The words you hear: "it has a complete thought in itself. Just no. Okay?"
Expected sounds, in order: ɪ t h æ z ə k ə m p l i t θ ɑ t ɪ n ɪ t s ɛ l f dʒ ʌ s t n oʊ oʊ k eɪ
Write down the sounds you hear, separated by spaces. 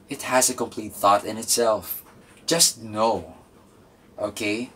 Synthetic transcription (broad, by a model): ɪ t h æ z ə k ə m p l i t θ ɑ t ɪ n ɪ t s ɛ l f dʒ ʌ s t n oʊ oʊ k eɪ